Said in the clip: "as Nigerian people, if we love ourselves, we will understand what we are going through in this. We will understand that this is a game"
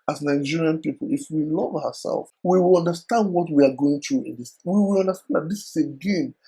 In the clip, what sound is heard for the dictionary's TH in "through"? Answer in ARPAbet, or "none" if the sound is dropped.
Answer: T